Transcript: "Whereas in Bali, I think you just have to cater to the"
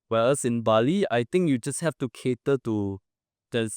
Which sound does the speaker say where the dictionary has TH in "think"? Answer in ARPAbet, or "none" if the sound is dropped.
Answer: T